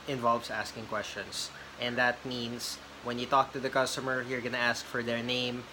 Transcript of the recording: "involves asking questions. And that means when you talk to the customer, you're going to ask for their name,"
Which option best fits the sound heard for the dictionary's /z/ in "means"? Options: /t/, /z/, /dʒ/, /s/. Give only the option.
/s/